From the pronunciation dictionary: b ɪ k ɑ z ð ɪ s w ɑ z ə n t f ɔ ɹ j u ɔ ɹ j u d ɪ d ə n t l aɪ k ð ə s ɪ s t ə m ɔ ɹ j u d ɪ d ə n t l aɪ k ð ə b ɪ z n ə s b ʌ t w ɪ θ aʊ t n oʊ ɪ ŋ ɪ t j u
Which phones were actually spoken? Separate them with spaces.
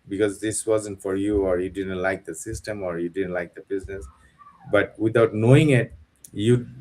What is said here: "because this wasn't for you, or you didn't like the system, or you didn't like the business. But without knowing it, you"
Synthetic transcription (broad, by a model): b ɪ k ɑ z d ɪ s w ɑ z ə n t f ɔ ɹ j u ɔ ɹ j u d ɪ d ə n t l aɪ k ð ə s ɪ s t ə m ɔ ɹ j u d ɪ d ə n t l aɪ k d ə b ɪ z n ə s b ʌ t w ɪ t aʊ t n oʊ ɪ ŋ ɪ t j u